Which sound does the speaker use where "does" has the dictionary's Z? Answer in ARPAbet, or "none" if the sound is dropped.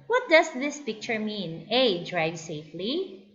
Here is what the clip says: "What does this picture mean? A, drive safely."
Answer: S